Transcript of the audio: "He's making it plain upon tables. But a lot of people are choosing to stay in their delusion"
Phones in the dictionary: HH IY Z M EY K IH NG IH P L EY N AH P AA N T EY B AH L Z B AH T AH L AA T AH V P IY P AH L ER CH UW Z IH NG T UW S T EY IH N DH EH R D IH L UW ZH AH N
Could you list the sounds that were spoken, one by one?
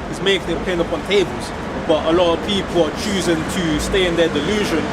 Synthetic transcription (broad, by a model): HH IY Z M EY K IH NG IH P EY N AH P AA N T EY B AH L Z B AH T AH L AA T AH V P IY P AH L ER CH UW Z IH NG T UW S T EY IH N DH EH D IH L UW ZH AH N